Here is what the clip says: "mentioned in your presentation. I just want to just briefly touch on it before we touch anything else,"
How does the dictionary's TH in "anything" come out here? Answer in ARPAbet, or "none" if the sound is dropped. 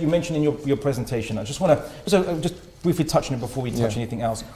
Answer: TH